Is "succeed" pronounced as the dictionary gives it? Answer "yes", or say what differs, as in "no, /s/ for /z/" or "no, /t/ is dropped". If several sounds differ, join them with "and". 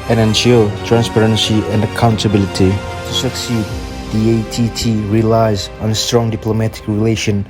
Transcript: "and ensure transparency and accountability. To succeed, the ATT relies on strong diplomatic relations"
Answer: yes